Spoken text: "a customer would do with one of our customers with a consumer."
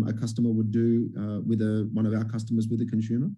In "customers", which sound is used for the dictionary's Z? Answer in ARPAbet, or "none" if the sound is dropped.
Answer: Z